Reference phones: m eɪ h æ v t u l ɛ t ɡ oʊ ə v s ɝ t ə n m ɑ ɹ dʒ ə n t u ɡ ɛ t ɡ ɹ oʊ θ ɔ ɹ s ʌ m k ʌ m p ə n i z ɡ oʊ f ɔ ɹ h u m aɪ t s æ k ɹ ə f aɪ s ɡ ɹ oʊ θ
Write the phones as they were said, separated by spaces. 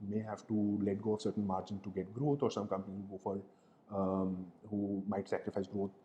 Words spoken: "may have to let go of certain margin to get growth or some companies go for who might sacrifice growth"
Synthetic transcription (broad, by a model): m eɪ h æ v t u l ɛ t ɡ oʊ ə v s ɝ t ə n m ɑ ɹ dʒ ə n t u ɡ ɛ t ɡ ɹ oʊ t ɔ ɹ s ʌ m k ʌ m p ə n i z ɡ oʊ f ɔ l h u m aɪ t s æ k ɹ ə f aɪ s ɡ ɹ oʊ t